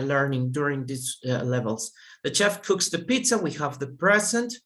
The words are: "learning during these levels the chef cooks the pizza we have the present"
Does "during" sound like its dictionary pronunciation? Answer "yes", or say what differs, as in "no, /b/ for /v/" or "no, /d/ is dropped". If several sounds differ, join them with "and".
yes